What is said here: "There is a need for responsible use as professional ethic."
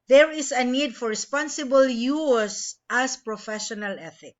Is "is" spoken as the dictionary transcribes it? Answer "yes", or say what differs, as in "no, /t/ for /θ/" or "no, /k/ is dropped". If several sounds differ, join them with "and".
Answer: no, /s/ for /z/